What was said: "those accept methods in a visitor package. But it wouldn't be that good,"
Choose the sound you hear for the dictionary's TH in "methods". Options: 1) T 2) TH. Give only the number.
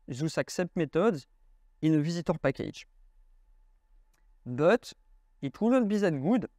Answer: 1